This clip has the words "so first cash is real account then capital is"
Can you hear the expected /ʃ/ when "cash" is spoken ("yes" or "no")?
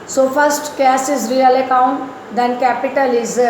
no